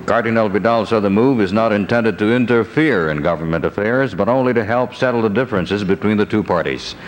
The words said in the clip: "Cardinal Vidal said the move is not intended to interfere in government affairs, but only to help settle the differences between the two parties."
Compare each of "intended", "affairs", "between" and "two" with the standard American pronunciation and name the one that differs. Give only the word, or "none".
none